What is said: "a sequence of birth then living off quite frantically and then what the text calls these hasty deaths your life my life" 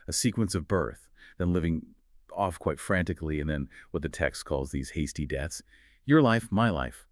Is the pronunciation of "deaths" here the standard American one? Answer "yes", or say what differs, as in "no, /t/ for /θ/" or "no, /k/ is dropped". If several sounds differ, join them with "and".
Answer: yes